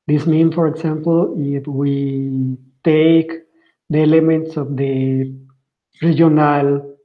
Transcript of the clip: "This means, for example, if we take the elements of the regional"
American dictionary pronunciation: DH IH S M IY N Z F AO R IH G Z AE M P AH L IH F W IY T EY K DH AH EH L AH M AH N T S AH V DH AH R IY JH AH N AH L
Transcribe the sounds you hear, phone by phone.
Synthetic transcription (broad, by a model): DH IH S M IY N F AO R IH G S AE M P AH L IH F W IY T EY K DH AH EH L AH M AH N T S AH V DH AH R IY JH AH N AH L